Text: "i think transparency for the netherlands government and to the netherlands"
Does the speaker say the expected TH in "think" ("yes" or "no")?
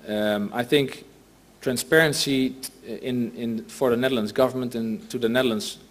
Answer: yes